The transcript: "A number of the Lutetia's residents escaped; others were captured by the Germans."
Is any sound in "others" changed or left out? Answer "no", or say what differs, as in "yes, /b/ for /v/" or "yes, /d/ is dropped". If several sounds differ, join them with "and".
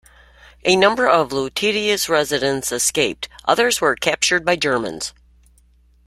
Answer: no